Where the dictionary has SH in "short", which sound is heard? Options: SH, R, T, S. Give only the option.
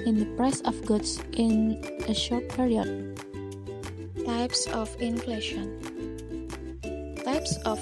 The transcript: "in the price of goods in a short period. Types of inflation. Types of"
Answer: SH